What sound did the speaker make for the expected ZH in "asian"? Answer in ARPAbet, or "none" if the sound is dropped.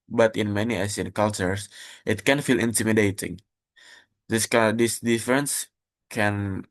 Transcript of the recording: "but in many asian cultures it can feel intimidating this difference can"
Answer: S